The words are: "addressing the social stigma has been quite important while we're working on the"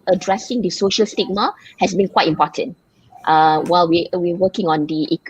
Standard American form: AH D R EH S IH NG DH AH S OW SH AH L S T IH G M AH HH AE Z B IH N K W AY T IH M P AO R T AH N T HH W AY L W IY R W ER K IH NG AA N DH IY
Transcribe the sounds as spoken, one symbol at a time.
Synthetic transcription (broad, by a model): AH D R EH S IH NG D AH S OW SH AH L S T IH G M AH HH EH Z B IH N K W AY T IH M P AO T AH N T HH W AY L W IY W W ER K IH NG AA N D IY